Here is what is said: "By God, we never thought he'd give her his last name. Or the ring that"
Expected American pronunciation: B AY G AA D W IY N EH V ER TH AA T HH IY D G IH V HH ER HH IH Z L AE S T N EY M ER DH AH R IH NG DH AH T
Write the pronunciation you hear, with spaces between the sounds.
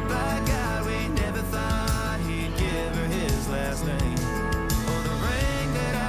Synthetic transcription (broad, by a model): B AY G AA W IY N EH V ER TH AA T HH IY D G IH V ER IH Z L AE S T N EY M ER DH AH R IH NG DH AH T